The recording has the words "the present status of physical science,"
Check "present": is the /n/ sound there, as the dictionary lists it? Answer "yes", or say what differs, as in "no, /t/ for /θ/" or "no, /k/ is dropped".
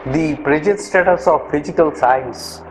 no, /n/ is dropped